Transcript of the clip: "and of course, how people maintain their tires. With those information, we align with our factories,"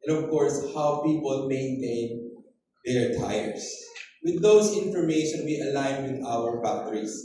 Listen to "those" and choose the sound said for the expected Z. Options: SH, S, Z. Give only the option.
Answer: S